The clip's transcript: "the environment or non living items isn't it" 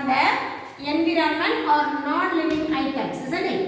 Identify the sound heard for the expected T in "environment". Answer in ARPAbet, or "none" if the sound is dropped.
none